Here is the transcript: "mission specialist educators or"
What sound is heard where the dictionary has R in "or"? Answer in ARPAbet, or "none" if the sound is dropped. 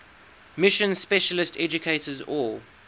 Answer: L